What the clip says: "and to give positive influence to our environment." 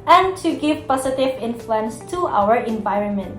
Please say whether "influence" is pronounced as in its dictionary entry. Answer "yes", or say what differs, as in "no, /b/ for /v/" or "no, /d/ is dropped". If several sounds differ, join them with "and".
yes